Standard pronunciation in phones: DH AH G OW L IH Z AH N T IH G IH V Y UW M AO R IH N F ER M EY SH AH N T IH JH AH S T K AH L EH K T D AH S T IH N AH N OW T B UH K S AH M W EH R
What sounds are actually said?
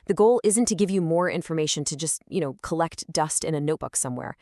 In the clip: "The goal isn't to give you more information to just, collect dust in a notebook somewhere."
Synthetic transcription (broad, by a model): DH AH G OW L IH Z AH N T IH G IH V Y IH M AO R IH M F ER M EY SH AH N T IH JH AH S T K AH L EH K T D AH S T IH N AH N OW T B UH K S AH M W EH R